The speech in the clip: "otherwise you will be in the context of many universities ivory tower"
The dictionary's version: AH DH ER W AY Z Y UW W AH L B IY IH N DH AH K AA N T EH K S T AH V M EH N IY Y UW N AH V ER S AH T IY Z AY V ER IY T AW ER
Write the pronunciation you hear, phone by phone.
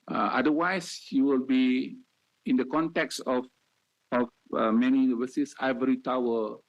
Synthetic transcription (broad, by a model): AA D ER W AY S Y UW W AH L B IY IH N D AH K AA N T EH K S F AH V M EH N IY Y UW N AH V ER S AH S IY IH V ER IY T AW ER